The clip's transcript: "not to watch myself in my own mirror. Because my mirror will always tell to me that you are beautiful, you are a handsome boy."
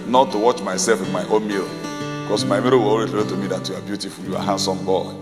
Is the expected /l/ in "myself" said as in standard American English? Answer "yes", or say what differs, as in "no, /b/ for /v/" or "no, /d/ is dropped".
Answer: yes